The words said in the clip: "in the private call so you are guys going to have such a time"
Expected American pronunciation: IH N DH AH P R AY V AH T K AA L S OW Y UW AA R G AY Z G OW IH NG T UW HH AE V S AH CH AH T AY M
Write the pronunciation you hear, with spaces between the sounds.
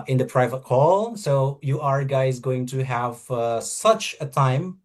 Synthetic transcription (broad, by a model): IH N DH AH P R AY V AH T K AA L S OW Y UW AA R G AY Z G OW IH NG T UW HH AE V S AH CH AH T AY M